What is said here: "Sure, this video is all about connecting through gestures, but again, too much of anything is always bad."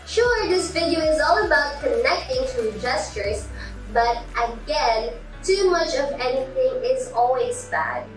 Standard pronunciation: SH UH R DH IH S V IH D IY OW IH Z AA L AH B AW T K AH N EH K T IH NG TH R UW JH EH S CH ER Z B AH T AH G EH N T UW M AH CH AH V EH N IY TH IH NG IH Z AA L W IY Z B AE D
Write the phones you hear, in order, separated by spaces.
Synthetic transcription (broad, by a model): SH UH R DH IH S F IH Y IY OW IH Z AA L AH B AW T K AH N EH K T IH NG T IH JH EH S CH ER Z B AH T AH G EH N T UW M AH CH AH V EH N IY TH IH NG IH Z AA L W IY Z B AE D